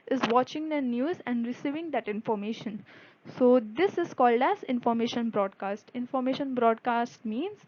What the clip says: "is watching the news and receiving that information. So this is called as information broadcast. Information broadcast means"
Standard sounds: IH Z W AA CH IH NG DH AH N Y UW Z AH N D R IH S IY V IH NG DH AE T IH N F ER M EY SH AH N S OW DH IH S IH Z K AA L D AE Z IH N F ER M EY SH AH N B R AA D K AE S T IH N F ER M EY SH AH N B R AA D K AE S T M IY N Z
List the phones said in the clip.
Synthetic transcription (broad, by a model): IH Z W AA CH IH NG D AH N Y UW Z AH N D R IH S IY V IH NG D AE T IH N F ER M EY SH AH N S OW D IH S IH Z K AA L D AE Z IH N F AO M EY SH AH N B R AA D K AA S T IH N F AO M EY SH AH N B R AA D K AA S T M IY N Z